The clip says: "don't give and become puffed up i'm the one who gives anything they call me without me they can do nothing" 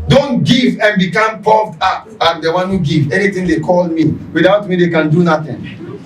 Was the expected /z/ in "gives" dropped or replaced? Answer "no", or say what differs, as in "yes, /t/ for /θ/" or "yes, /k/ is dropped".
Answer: yes, /z/ is dropped